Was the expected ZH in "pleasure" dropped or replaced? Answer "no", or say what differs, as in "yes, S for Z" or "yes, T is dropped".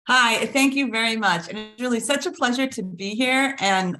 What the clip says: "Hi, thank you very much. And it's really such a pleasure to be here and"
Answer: no